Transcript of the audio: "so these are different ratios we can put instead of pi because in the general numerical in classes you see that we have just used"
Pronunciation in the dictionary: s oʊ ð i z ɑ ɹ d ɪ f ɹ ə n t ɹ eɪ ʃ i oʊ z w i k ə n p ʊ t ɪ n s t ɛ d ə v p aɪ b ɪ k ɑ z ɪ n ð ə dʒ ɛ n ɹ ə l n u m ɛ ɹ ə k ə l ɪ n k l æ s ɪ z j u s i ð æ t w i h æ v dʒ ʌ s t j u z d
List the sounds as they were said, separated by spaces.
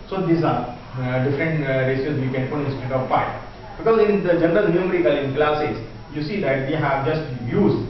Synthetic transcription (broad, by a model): s oʊ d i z ɑ ɹ d ɪ f ɹ ə n t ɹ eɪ s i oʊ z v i k ə n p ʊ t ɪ s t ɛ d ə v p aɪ b ɪ k ɑ z ɪ n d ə dʒ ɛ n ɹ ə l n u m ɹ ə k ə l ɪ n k l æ s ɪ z j u s i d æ t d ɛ h æ v dʒ ʌ s t j u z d